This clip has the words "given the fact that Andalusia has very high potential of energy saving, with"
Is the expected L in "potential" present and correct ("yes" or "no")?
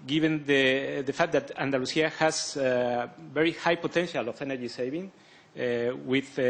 yes